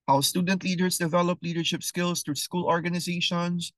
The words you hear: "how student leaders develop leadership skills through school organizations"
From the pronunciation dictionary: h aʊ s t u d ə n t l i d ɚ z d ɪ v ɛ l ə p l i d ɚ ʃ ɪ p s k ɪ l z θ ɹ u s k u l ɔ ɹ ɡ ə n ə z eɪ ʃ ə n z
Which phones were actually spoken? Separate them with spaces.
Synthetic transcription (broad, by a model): h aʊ s t u d ə n t l i d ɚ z d ɪ v ɛ l ə p l i d ɚ ʃ ɪ p s k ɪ l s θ ɹ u s k u l ɔ ɹ ɡ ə n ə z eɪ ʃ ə n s